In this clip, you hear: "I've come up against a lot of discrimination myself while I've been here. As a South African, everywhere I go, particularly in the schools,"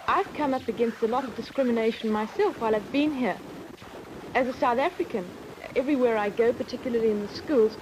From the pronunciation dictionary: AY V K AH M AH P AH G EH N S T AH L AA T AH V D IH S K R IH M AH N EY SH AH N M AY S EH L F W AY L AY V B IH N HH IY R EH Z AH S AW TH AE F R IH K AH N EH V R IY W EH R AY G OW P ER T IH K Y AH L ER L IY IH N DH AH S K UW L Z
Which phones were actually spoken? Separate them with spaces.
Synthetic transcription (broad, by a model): AY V K AH M AH P AH G EH N S T AH L AA T AH V D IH S K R IH M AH N EY SH N M AY S EH L F W AY L AY V B IH N HH IY R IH Z AH S AW TH AE F R IH K AH N EH V R IY W EH R AY G OW P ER T IH K Y L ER L IY IH N DH AH S K UW L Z